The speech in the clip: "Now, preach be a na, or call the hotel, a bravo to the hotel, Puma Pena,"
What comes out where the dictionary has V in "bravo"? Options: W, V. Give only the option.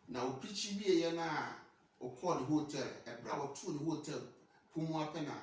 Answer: W